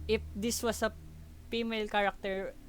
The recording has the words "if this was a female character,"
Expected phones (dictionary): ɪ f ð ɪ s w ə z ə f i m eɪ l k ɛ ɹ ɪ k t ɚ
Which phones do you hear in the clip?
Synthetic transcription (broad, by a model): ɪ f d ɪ s w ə s ə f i m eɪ l k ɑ ɹ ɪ k t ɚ